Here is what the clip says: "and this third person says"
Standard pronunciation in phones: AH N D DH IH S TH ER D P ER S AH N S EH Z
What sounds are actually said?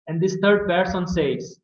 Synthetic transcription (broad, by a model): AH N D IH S T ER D P ER S AH N S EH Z